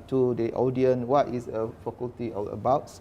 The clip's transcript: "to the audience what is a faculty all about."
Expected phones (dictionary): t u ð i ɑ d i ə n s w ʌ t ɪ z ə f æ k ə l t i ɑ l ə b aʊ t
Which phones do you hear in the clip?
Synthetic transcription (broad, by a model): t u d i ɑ d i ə n w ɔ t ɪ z ə f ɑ k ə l t i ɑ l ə b aʊ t